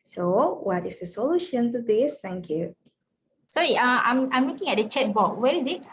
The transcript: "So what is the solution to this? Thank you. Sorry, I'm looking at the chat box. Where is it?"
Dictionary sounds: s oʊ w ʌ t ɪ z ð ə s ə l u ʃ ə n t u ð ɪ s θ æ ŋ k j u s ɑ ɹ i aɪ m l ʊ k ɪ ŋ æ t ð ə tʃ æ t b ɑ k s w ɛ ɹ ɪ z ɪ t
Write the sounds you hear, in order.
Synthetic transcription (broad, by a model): s oʊ w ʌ t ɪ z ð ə s ə l u ʃ ə n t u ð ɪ s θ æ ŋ k j u s ɑ ɹ i aɪ m l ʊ k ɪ ŋ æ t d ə tʃ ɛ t b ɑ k w ɛ ɹ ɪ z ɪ t